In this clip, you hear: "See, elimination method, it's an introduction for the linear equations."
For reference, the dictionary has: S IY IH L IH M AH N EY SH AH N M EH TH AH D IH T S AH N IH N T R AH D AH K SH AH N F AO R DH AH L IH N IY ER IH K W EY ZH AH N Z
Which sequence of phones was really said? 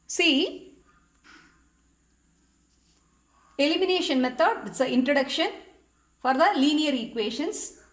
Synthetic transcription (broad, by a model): S IY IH L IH M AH N EY SH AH N M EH T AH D IH T S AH IH N T R AH D AH K SH AH N F AO R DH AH L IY N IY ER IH K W EY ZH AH N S